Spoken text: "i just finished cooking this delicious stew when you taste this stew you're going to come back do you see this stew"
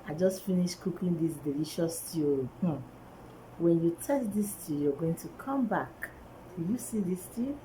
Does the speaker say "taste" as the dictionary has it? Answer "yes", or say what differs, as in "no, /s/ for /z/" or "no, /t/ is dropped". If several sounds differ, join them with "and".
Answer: no, /s/ is dropped